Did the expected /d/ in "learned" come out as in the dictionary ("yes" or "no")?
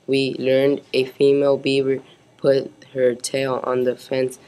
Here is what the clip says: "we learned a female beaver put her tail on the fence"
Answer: yes